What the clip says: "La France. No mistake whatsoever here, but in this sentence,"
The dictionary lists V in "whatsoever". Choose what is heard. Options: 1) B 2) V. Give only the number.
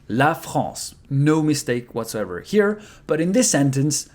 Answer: 2